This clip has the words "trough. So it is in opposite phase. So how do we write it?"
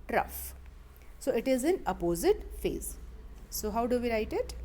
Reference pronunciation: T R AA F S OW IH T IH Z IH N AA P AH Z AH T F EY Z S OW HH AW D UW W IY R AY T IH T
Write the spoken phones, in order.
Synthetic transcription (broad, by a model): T R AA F S OW IH T IH Z IH N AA P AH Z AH T F EY Z S OW HH AW D UW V IY R AY T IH T